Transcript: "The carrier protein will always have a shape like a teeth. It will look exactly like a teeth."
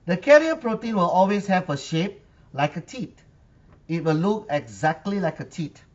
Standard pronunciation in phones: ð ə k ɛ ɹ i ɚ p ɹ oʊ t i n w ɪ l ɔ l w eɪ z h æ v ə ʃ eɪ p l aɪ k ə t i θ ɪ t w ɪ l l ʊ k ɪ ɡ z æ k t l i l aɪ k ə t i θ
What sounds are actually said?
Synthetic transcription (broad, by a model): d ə k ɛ ɹ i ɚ p ɹ oʊ t i n w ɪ l ɔ l w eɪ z h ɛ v ə ʃ eɪ p l aɪ k ə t i t ɪ t w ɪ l l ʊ k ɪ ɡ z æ k t l i l aɪ k ə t i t